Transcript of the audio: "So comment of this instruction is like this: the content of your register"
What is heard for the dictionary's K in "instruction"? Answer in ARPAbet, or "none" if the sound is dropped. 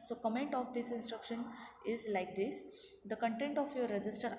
K